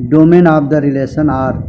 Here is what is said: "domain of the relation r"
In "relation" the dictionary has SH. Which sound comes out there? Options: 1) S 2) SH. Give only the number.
1